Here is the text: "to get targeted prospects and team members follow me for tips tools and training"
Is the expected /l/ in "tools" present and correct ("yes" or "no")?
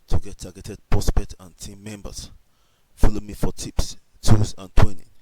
no